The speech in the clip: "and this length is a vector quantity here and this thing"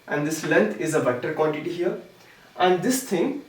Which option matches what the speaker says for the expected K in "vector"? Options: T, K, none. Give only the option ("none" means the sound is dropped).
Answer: none